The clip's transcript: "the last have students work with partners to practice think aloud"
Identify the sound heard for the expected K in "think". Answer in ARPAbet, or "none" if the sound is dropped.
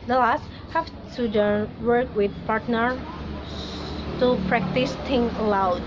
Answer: none